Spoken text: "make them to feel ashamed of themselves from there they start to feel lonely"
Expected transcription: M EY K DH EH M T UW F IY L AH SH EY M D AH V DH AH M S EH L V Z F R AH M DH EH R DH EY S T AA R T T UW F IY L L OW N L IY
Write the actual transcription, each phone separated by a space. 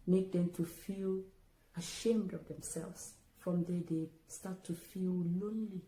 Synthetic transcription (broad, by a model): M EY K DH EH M T UW F IY L AH SH EY M D AH V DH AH M S EH L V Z F R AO M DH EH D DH EY S T AA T T UW F IY L L OW N L IY